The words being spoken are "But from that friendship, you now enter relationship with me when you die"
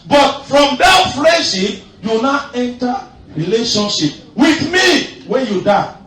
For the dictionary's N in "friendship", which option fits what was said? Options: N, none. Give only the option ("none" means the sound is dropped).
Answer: none